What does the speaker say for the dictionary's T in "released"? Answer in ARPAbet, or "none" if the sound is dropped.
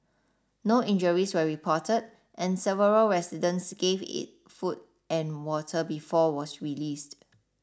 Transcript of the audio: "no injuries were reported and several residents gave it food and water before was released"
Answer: T